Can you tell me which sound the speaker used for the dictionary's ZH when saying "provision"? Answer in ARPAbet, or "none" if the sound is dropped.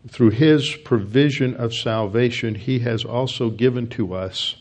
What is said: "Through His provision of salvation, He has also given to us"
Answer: ZH